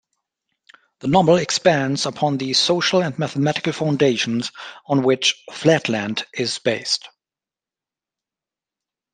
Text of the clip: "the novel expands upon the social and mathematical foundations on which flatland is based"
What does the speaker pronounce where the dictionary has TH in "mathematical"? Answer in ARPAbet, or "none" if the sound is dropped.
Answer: TH